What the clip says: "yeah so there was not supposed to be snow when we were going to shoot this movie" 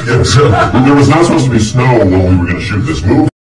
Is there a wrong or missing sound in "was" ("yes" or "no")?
no